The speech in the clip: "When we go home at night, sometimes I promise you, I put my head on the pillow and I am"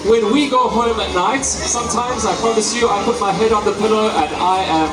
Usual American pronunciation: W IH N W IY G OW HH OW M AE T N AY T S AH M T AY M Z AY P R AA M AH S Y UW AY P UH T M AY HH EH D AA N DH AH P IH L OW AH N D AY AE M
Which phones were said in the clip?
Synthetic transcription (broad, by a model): W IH N W IY G OW HH OW M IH T N AY T S AH M T AY M Z AY P R AA M AH S Y UW AY P UH T M AY HH EH D N DH AH P IH L OW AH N AY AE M